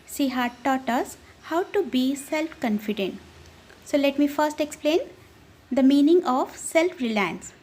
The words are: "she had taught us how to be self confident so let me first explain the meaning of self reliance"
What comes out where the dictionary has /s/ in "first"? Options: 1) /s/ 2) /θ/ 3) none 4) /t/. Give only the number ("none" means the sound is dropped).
1